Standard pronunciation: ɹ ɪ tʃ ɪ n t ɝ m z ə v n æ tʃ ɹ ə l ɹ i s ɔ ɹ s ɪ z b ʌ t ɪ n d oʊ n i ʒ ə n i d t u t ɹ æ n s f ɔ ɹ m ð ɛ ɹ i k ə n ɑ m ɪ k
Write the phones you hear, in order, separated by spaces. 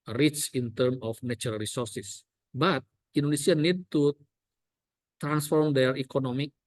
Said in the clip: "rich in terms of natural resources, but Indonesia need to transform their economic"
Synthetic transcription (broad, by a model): ɹ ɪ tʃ ɪ n t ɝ m ə f n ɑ tʃ ɹ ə l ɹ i s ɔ ɹ s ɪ s b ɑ t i n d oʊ n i s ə n i d t u t ɹ æ n s f ɔ ɹ m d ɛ ɹ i k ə n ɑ m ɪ k